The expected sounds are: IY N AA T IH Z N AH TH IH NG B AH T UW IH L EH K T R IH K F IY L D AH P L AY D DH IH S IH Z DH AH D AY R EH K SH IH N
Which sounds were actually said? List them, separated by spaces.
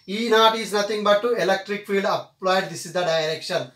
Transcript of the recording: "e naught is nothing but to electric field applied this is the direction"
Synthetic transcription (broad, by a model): IY N AA T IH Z N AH T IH NG B AH T UW IH L EH K T R IH K F IY L D AH P L AY D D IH S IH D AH D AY R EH K SH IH N